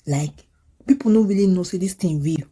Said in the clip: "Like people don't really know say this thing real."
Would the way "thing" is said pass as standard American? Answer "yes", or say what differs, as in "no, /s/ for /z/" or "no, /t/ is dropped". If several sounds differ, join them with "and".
no, /t/ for /θ/